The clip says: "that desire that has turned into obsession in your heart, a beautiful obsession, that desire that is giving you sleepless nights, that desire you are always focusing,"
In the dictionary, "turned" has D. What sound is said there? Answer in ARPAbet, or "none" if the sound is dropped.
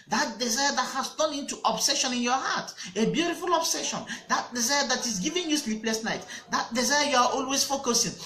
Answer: none